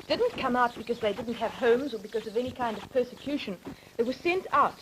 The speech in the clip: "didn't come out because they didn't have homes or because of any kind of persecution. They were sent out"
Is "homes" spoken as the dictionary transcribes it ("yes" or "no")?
yes